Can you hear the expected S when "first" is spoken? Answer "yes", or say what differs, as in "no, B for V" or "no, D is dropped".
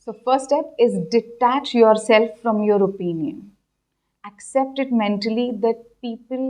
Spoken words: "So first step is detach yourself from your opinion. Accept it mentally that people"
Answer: no, S is dropped